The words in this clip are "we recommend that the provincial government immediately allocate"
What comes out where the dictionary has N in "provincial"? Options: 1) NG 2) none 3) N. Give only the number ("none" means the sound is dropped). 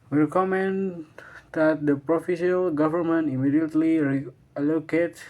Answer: 2